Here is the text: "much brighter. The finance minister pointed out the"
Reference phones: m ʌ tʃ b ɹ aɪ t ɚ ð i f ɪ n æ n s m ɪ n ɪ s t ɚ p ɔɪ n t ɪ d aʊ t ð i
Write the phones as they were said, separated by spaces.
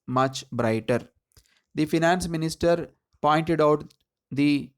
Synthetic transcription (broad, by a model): m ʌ tʃ b ɹ aɪ t ɚ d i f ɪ n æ n s m ɪ n ɪ s t ɚ p ɔɪ n t ɪ d aʊ t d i